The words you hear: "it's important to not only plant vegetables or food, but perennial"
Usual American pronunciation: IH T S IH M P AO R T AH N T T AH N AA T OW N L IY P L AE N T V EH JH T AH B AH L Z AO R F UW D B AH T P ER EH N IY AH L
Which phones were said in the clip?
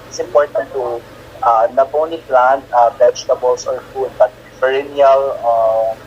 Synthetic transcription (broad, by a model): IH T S IH M P AO R T AH N T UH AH N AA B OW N IY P L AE N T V EH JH T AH B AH L S AO R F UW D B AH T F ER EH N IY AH L